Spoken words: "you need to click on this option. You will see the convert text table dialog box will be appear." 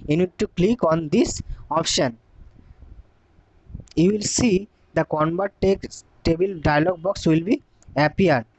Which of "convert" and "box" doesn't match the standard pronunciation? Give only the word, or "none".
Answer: convert